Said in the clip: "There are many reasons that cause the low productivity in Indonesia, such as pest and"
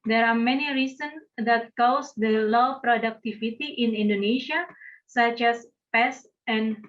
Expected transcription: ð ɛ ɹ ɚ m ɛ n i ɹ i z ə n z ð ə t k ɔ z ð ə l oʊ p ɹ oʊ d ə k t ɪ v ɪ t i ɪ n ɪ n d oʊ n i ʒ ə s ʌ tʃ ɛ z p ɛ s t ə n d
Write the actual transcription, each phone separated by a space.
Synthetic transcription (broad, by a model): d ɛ ɹ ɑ m ɛ n i ɹ i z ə n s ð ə t k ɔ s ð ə l oʊ p ɹ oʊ d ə k t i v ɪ t i ɪ n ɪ n d oʊ n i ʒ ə s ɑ tʃ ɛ s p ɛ s ə n